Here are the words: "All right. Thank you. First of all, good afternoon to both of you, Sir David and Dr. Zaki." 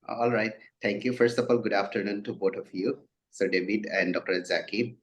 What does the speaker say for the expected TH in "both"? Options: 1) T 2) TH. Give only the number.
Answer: 1